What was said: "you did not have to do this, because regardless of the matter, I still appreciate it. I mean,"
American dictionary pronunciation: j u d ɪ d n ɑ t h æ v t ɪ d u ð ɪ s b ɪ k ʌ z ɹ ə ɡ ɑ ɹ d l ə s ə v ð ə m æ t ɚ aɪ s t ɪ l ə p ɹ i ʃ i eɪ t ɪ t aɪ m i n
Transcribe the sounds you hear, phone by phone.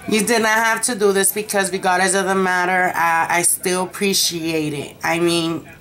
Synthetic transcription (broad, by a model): j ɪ d ɪ d n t h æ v t ɪ d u ð ɪ s b ɪ k ʌ z w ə ɡ ɑ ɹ d ə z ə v ð ə m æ t ɚ aɪ s t ɪ l ə p ɹ i ʃ i eɪ t ɪ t aɪ m i n